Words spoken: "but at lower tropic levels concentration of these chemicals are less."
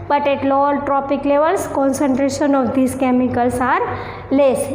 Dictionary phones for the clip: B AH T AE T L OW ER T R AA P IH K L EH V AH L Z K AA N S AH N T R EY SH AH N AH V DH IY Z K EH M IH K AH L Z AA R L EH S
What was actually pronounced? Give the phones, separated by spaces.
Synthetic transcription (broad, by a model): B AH T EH T L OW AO T R AA P IH K L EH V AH L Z K AA N S AH N T R EY SH AH N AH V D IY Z K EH M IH K AH L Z AA R L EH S